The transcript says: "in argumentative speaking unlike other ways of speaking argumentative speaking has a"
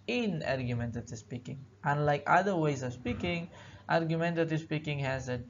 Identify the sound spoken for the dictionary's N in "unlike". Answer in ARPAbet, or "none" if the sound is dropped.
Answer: N